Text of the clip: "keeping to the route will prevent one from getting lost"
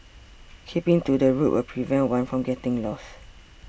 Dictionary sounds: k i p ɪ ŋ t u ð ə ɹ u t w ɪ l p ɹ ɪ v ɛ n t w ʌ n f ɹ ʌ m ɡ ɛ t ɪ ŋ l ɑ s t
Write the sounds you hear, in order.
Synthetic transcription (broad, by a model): k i p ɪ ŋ t u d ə ɹ u t w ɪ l p ɹ ɪ v ɛ n t w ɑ n f ɹ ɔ m ɡ ɛ t ɪ ŋ l ɑ s